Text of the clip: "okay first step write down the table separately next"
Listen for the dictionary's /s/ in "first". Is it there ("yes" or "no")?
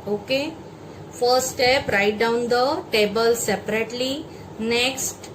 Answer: no